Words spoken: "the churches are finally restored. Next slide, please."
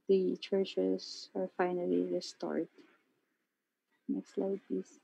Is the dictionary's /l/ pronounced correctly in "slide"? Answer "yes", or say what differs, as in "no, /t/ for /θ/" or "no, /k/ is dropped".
yes